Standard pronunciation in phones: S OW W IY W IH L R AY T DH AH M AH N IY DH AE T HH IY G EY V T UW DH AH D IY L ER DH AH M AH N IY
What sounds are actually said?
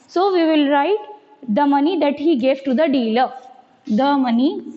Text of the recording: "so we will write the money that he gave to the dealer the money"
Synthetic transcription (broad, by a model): S OW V IY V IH L R AY T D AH M AH N IY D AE T HH IY G EY V T UW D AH D IY L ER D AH M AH N IY